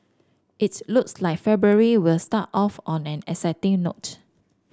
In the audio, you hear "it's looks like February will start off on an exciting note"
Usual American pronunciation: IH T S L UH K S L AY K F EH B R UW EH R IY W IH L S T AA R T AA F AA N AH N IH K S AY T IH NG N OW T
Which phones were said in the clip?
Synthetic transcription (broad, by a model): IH T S L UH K S L AY K F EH B R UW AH R IY W IH L S T AA T AA F AA N AH N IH S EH T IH NG N OW T